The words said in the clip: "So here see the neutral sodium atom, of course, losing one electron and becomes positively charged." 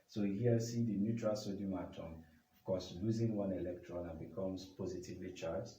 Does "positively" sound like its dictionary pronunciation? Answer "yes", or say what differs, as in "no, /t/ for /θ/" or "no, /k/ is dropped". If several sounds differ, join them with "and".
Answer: yes